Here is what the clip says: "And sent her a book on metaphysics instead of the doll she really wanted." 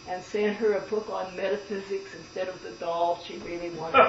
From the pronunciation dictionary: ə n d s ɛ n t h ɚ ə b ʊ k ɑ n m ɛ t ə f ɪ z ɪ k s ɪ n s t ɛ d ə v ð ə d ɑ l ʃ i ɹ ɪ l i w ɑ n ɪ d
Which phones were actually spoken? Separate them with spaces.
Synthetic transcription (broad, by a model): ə n s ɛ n h ɚ ə b ʊ k n m ɛ t ə f ɪ z ɪ k s ɪ n s t ɛ d ə v ð ə d ɑ l ʃ i ɹ ɪ l i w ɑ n